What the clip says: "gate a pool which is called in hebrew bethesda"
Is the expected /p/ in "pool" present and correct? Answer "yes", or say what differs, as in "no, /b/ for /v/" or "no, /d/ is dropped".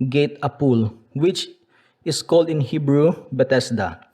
yes